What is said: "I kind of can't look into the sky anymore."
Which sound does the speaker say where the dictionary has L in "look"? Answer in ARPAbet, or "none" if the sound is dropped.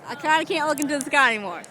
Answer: L